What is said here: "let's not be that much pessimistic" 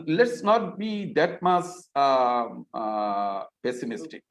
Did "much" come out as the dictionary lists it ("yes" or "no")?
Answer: no